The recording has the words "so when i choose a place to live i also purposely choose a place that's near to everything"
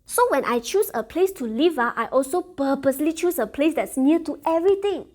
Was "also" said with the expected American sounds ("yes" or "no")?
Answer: yes